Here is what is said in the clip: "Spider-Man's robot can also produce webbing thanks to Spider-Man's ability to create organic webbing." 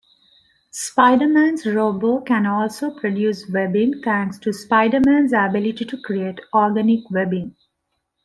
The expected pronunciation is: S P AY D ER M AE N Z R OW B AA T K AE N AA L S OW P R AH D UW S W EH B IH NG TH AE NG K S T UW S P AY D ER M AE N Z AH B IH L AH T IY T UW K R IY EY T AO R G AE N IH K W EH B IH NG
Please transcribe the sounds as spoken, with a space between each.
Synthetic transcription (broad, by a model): S P AY D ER M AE N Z R OW B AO K AE N AA L S OW P R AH D UW S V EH B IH NG T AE NG K S T UW S P AY D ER M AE N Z AH B IH L AH T IY T UW K R IY EY T AO R G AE N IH K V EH B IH NG